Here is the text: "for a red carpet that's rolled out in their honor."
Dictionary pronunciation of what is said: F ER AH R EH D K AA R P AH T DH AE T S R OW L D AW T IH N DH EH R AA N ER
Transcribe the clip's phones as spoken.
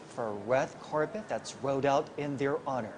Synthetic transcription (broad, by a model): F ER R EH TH K AA R P AH T DH AE T S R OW D AW T IH N DH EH R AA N ER